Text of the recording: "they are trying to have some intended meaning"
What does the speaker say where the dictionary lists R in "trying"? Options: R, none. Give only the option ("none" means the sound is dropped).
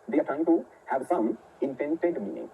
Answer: none